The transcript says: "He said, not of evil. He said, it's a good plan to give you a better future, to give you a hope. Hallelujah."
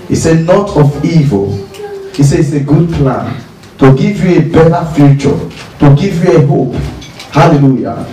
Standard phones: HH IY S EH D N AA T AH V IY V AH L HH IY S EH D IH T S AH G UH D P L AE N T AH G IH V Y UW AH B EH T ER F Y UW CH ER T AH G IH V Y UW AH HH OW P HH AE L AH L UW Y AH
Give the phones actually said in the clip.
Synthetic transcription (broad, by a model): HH IY S EH D N AA T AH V IY V AH L HH IY S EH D IH T S AH G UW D P L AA N T AH G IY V Y UW AH B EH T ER F Y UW CH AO T AH G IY V Y UW AH HH OW P HH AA L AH L UW Y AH